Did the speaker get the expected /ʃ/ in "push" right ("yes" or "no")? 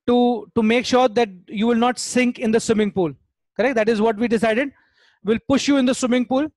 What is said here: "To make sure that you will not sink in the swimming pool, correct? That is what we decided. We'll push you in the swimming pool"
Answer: yes